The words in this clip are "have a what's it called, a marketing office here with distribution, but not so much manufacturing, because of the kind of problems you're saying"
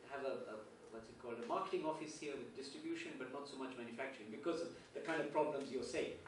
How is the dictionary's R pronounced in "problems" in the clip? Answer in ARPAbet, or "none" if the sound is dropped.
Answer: R